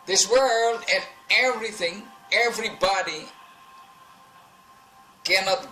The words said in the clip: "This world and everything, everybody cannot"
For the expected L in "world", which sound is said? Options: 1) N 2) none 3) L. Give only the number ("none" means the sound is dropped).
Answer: 3